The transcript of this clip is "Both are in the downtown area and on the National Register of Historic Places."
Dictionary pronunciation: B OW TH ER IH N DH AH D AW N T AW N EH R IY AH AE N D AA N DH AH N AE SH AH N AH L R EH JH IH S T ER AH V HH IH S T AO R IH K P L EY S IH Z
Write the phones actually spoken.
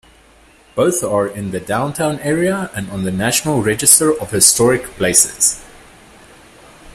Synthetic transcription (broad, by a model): B OW TH ER IH N DH AH D AW N T AW N EH R IY AH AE N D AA N DH AH N AE SH AH N AH L R EH JH IH S T ER AH V HH IH S T AO R IH K P L EY S IH Z